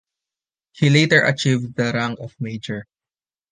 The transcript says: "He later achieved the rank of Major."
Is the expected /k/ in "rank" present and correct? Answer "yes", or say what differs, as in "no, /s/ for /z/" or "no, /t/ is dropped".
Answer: no, /k/ is dropped